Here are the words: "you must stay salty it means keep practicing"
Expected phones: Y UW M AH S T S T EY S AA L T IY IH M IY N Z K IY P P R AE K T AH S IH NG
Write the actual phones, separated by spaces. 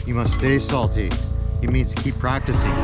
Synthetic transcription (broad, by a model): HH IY M AH S T S T EY S AA L T IY IH M IY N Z K IY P P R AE K T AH S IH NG